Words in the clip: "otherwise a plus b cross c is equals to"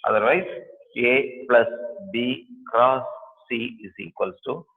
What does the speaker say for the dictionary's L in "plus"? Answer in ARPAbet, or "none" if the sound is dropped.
L